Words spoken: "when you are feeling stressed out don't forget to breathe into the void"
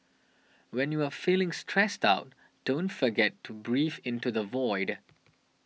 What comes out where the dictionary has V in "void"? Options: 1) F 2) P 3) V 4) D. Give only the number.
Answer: 3